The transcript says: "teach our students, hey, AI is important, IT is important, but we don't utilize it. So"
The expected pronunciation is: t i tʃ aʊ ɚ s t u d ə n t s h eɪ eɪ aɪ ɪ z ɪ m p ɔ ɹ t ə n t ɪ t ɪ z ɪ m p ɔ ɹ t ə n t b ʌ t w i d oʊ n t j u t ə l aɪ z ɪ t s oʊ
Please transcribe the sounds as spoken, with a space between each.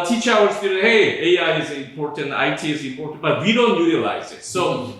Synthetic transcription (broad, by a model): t i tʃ aʊ ɚ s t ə t h eɪ eɪ aɪ ɪ z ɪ m p ɔ ɹ t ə n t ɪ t ɪ z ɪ m p ɔ ɹ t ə n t b ʌ t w i d oʊ n t j u t ə l aɪ z ɪ t s oʊ